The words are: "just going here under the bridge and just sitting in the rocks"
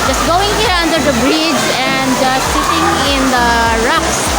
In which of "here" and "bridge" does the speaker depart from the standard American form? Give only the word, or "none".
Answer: none